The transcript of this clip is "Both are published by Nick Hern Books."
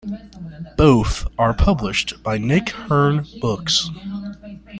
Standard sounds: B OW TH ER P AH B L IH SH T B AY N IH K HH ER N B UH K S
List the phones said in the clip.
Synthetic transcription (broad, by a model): B OW TH ER P AH B L IH SH T B AY N IH K HH ER N B UH K S